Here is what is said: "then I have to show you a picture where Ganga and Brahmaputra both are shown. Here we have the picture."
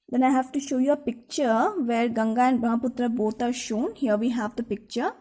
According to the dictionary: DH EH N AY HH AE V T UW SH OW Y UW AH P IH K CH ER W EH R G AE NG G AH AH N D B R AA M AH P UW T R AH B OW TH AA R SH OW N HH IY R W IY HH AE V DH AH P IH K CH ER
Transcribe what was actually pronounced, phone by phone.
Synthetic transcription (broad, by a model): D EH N AY HH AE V T UW SH OW Y UW AH P IH K CH ER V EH R G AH NG G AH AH N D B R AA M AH P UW T R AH B OW T AA R SH OW N HH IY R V IY HH AE V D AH P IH K CH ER